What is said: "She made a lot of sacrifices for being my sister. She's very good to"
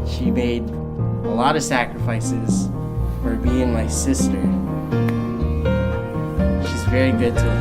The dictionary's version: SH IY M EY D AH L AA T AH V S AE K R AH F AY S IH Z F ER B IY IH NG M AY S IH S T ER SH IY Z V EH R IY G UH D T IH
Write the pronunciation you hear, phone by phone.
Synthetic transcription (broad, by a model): SH IY M EY D AH L AA T AH V S AE K R AH F AY S IH Z F ER B IY IH NG M AY S IH S T ER SH IY Z V EH R IY G UH D T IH